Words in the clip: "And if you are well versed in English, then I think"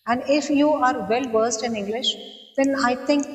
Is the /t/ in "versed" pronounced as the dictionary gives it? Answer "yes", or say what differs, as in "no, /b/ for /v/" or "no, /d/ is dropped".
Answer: yes